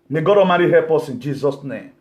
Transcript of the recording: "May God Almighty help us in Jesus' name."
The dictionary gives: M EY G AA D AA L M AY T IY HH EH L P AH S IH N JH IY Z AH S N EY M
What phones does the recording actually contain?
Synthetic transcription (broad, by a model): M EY G AA D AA M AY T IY HH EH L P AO S IH N JH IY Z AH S N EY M